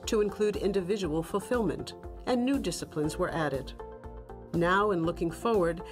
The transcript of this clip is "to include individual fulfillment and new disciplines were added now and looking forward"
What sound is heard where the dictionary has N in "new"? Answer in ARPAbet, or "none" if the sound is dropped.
N